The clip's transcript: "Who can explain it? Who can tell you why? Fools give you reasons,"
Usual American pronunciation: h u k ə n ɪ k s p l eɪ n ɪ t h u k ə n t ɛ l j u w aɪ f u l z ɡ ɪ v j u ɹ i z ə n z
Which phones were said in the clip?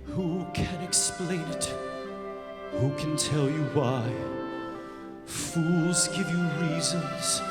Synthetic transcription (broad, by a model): h u k ə n ɪ k s p l eɪ n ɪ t h u k ə n t ɛ l j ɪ w aɪ f u l z ɡ ɪ v j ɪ ɹ i z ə n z